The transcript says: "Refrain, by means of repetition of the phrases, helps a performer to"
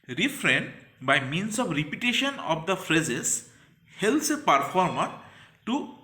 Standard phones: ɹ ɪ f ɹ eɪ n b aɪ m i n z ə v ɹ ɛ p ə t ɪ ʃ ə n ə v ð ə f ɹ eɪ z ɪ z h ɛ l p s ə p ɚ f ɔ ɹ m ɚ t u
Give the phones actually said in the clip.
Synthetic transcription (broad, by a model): ɹ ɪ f ɹ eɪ n b aɪ m i n s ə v ɹ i p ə t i ʃ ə n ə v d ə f ɹ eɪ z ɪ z h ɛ l s ə p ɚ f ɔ ɹ m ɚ t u